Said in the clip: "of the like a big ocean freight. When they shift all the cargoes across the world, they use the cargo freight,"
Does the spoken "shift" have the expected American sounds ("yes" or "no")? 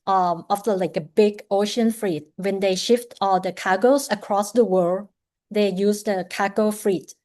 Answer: yes